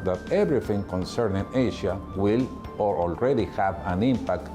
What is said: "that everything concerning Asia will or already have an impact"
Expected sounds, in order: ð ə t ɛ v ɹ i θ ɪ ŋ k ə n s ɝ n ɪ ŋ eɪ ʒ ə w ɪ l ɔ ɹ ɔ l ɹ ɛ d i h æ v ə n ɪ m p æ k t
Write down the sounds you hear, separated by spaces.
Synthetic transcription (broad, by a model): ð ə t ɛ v ɹ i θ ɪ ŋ k ə n s ɝ n ɪ ŋ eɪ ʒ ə w ɪ l ɔ ɹ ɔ l ɹ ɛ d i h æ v ə n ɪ m p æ k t